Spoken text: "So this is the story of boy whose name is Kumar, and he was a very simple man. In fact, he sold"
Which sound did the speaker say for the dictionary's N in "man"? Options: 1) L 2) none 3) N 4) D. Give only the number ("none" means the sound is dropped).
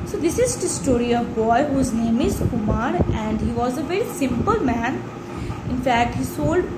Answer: 3